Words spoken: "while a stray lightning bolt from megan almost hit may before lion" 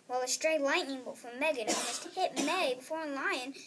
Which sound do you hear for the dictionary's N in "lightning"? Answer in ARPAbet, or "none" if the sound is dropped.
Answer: N